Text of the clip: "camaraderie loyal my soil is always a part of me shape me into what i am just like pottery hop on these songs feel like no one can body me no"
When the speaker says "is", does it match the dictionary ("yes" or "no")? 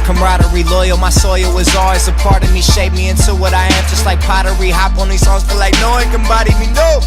yes